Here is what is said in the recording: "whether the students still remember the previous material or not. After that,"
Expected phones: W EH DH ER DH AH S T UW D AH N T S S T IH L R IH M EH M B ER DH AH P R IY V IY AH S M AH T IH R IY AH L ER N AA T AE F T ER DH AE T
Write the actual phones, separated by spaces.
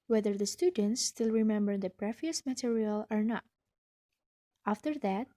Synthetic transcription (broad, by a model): W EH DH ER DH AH S T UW D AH N T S S T IH L R IH M EH M B ER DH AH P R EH F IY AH S M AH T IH R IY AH L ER N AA T AE F T ER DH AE T